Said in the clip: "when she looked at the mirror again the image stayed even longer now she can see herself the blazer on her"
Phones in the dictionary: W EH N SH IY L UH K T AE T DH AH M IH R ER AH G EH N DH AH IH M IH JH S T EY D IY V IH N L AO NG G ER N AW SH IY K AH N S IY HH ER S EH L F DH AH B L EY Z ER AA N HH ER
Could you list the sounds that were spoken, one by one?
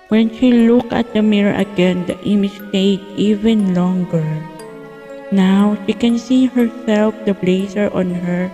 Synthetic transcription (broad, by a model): W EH N SH IY L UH K AH T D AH M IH R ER AH G EH N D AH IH M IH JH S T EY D IY V IH N L AO NG G ER N AW SH IY K AH N S IY HH ER S EH L F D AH B L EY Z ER AA N HH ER